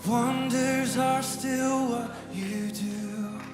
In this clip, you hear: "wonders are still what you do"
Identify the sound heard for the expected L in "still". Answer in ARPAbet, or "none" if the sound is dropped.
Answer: L